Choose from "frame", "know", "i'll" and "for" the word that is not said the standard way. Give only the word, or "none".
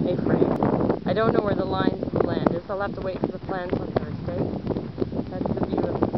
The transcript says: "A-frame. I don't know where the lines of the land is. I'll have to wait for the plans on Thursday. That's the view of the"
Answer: frame